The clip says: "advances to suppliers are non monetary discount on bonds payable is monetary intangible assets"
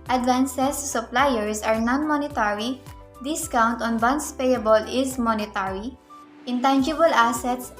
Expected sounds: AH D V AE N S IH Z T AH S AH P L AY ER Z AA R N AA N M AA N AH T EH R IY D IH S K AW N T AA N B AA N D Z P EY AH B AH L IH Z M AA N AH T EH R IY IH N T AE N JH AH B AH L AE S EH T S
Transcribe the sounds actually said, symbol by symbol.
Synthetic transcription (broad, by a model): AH D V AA N S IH S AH P L AY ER S AA R N AA N M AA N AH T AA R IY D IH S K AW N T AA N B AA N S P EY AH B AH L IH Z M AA N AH T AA R IY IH N T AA N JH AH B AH L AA S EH T S